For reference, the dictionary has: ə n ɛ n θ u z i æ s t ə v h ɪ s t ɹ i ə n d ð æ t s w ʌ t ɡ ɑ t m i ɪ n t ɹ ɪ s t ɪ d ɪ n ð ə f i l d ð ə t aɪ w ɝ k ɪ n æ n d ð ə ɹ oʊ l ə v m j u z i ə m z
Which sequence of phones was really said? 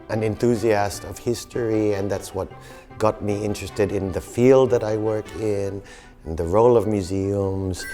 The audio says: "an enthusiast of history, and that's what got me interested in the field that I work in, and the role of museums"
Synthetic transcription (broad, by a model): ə n ɛ n θ u z i æ s t ə v h ɪ s t ɹ i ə n ð æ t s w ʌ t ɡ ɑ t m i ɪ n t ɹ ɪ s t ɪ d ɪ n ð ə f i l d ð ə t aɪ w ɝ k ɪ n n ð ə ɹ oʊ l ə v m j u z i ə m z